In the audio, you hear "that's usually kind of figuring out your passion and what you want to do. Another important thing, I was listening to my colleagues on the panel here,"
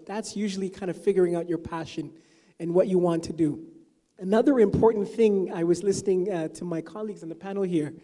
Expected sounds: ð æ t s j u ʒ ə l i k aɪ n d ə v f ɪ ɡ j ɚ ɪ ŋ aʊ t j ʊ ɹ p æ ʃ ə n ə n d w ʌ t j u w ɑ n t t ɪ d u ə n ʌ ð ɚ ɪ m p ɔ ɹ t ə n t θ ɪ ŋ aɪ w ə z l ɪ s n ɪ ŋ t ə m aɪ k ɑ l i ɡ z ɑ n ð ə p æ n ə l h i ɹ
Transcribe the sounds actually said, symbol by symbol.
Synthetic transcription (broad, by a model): ð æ t s j u ʒ l i k aɪ n d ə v f ɪ ɡ j ɚ ɪ ŋ aʊ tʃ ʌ ɹ p æ ʃ ə n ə n w ʌ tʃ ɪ w ɑ n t t ɪ d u ə n ʌ ð ɚ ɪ m p ɔ ɹ t n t θ ɪ ŋ aɪ w ə z l ɪ s n ɪ ŋ t ə m aɪ k ɑ l i ɡ z n ð ə p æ n l h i ɹ